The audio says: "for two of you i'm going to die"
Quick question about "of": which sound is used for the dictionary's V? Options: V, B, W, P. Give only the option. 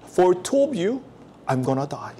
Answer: B